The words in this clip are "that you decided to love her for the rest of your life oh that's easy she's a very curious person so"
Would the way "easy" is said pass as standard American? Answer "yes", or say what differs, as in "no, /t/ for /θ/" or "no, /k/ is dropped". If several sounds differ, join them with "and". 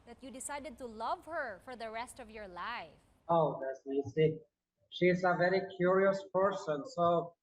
no, /s/ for /z/